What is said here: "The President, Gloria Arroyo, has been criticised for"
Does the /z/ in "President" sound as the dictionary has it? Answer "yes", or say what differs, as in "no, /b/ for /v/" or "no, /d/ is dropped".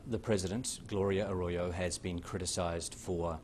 yes